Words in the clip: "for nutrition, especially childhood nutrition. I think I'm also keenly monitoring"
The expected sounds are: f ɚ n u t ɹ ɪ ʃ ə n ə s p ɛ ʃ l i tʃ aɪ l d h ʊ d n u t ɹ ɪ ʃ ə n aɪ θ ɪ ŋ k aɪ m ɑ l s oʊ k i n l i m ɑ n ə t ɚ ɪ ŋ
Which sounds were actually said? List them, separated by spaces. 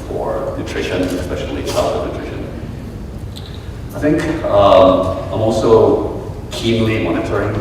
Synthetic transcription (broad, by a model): f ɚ n u t ɹ ɪ ʃ ə n ə s p ɛ ʃ l i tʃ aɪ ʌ n u t ɹ ɪ ʃ ə n aɪ θ ɪ ŋ k aɪ m ɑ l s oʊ k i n l i m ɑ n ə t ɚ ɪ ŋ